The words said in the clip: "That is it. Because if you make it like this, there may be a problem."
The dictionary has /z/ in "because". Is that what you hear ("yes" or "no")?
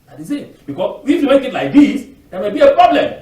no